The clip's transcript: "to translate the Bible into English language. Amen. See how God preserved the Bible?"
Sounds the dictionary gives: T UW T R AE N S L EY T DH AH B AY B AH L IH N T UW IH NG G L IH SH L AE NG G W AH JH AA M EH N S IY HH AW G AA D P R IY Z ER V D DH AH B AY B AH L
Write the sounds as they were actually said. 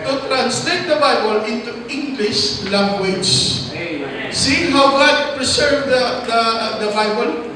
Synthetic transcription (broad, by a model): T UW T R AE N S L EY T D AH B AY B AH L IH N T UW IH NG G L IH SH L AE NG G W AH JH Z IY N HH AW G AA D P R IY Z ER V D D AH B AY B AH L